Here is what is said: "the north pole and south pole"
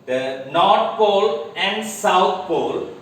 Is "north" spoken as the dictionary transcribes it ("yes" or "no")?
no